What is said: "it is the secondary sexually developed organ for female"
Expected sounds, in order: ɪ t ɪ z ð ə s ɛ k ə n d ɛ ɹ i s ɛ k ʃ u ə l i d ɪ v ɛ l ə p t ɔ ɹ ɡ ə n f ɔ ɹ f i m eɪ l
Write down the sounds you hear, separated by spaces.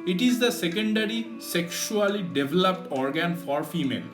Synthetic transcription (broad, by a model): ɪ t ɪ z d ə s ɛ k ə n d ɛ ɹ i s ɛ k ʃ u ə l i d ɪ v ɛ l ə p t ɔ ɹ ɡ ə n f ɔ ɹ f i m eɪ l